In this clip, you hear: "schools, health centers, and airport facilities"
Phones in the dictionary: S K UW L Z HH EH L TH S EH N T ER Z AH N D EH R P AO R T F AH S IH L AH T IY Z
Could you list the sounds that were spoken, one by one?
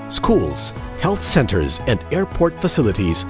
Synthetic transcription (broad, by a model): S K UW L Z HH EH L TH S EH N T ER Z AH N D EH R P AO R T F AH S IH L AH T IY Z